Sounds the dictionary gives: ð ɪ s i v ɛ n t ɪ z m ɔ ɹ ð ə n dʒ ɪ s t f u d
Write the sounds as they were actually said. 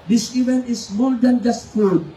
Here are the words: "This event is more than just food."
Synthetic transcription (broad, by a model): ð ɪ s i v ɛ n ɪ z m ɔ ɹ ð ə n dʒ ɪ s t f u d